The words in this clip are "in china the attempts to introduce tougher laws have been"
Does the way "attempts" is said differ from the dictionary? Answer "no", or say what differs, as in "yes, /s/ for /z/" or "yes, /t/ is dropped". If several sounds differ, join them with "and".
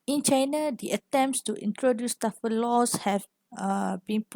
no